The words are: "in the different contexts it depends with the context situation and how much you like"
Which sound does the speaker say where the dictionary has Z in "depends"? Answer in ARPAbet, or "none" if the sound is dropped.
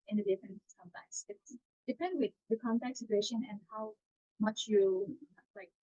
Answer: none